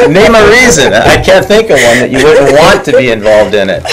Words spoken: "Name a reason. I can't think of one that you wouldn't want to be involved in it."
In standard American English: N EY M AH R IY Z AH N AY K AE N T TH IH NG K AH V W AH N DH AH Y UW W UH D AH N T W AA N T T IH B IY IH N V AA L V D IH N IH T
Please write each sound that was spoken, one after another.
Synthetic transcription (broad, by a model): N EY M AH R IY Z AH N AY K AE N TH IH NG K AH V W AH N DH AH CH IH W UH D N T W AA N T T IH B IY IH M V AA L V D IH N IH T